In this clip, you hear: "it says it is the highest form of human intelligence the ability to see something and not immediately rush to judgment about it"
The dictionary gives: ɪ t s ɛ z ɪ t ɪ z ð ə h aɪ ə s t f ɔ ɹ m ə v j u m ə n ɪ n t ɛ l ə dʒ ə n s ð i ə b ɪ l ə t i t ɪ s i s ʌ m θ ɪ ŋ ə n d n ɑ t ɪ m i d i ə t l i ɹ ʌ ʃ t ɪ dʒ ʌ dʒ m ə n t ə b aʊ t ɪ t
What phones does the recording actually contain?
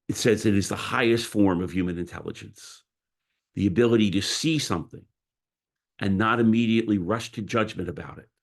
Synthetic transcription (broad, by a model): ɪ t s ɛ z ɪ t ɪ z ð ə h aɪ ə s t f ɔ ɹ m ə v j u m ə n ɪ n t ɛ l ə dʒ ə n s ð i ə b ɪ l ə t i t ɪ s i s ʌ m θ ɪ ŋ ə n n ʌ t ɪ m i d i ə t l i ɹ ʌ ʃ t ɪ dʒ ʌ dʒ m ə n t ə b aʊ t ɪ t